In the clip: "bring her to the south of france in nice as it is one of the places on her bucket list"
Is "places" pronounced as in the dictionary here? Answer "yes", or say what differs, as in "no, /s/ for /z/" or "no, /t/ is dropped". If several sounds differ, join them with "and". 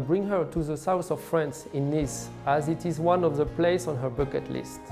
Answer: no, /s/ is dropped and /s/ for /z/